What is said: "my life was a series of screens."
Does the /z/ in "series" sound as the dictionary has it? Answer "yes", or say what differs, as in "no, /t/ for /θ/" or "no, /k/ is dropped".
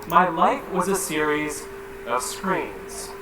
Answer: yes